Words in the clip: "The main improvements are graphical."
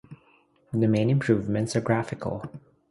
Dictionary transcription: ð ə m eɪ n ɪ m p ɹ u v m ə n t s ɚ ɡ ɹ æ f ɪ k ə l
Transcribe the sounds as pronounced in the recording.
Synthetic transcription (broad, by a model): ð ə m eɪ n ɪ m p ɹ u v m ə n t s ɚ ɡ ɹ æ f ɪ k ə l